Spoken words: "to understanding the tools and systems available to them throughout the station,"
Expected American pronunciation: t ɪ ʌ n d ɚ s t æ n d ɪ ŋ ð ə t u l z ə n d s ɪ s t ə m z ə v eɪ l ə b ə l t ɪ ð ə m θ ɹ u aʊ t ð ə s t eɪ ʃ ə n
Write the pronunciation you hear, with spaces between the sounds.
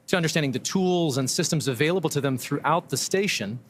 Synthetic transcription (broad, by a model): t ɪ ʌ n d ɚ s t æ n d ɪ ŋ ð ə t u l z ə n s ɪ s t ə m z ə v eɪ l ə b l t ɪ ð ə m θ ɹ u aʊ t ð ə s t eɪ ʃ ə n